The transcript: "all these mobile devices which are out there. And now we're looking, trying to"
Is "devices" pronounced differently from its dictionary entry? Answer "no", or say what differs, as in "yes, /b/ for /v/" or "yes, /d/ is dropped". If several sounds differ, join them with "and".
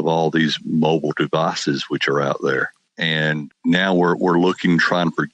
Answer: no